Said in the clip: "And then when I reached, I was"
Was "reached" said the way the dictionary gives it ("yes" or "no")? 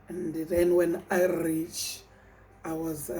no